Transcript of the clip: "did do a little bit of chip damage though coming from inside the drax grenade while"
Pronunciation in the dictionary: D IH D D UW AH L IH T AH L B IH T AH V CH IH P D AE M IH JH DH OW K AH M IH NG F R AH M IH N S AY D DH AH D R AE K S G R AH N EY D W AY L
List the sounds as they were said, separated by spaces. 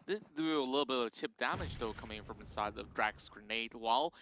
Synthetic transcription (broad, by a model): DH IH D AH L IH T L B IH T AH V CH IH P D AE M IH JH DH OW K AH M IH NG F R AH M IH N S AY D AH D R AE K S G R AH N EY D W AY L